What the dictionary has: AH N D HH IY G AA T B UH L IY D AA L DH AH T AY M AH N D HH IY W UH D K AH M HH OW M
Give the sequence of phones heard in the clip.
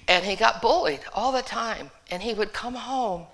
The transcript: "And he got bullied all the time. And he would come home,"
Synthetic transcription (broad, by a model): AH N IY G AA T B UH L IY D AA L DH AH T AY M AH N IY W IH D K AH M HH OW M